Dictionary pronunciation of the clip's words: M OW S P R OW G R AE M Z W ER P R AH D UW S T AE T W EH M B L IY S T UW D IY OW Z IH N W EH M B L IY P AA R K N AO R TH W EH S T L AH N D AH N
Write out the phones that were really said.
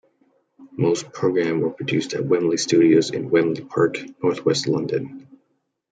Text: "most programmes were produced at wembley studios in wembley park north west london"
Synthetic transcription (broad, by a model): M OW S P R OW G R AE M W ER P R AH D UW S T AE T W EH M L IY S T UW D IY OW Z IH N W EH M L IY P AA R K N AO R TH W EH S T L AH N D AH N